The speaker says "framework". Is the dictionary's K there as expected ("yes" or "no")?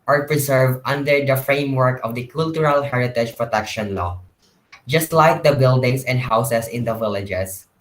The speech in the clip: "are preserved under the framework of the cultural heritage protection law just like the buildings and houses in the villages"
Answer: yes